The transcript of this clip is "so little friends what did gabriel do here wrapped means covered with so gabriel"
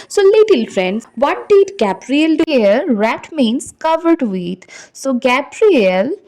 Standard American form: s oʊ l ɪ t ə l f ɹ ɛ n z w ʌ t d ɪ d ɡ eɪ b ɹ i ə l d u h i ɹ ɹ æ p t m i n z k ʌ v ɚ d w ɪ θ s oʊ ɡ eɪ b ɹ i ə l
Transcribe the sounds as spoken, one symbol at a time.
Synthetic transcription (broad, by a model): s oʊ l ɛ t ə l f ɹ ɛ n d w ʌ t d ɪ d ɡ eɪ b ɹ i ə l d u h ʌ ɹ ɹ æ t m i n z k ʌ v ɚ d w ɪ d s oʊ ɡ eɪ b ɹ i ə l